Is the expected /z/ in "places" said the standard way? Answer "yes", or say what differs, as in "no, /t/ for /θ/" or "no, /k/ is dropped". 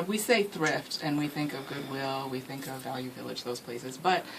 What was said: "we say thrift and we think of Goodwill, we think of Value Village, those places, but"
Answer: yes